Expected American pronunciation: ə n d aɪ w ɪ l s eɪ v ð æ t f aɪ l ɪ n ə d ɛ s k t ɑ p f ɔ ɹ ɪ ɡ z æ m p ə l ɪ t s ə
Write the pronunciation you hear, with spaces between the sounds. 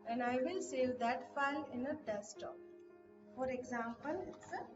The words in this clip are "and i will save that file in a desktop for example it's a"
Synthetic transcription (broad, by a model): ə n d aɪ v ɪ l s eɪ v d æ t f aɪ l ɪ n ə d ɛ s t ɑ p f ɔ ɹ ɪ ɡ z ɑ m p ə l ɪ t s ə